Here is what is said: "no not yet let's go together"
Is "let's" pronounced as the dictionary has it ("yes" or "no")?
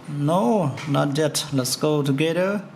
yes